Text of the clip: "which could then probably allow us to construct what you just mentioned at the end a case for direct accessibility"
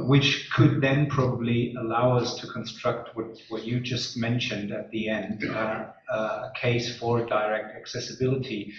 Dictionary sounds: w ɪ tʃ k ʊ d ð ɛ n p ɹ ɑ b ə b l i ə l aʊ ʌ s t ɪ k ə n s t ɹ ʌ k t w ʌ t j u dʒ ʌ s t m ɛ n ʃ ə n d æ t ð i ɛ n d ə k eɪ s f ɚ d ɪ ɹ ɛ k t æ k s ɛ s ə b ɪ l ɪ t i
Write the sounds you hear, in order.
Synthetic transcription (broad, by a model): w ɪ tʃ k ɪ d ð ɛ n p ɹ ɑ b ə b l i ə l aʊ ʌ s t ɪ k ə n s t ɹ ʌ k t w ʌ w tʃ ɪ dʒ ʌ s t m ɛ n ʃ ə n d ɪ t ð i ɛ n d ə k eɪ s f ɚ d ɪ ɹ ɛ k t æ k s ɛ s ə b ɪ l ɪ t i